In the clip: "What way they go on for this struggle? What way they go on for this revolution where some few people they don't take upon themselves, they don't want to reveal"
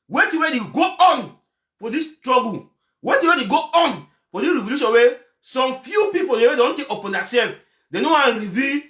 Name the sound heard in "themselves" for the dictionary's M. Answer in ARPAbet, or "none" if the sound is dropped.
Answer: none